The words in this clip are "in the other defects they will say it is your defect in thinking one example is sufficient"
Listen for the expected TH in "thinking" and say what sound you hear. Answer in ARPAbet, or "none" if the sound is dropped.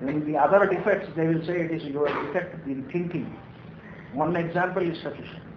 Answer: T